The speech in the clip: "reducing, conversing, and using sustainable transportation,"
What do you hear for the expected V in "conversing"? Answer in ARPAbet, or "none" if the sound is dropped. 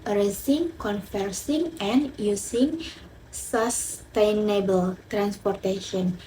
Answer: F